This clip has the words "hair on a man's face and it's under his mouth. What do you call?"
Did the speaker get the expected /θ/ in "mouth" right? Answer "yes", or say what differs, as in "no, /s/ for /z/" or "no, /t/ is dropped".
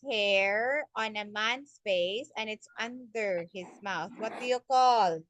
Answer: yes